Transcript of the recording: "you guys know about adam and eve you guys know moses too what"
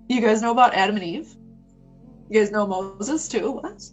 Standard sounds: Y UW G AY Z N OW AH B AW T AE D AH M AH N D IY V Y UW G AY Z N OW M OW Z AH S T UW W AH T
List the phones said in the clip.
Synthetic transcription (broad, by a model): Y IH G AY Z N OW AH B AW T AE D AH M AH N IY V Y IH G AY Z N OW M OW Z AH S T UW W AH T